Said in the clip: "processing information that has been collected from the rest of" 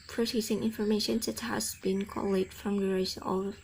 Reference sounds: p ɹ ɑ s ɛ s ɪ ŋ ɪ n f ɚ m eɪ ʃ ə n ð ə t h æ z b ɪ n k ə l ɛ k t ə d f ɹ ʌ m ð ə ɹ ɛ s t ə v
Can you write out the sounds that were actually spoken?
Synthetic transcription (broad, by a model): p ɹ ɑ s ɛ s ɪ ŋ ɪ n f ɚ m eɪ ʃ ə n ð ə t h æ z b ɪ n k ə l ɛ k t f ɹ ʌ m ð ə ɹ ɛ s ə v